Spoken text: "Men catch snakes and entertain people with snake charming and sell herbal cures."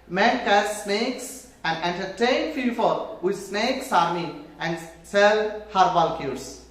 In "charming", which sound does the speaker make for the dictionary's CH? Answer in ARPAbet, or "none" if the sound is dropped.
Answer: S